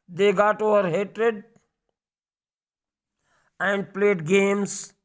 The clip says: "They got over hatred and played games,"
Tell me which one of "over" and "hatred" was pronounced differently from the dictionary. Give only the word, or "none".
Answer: none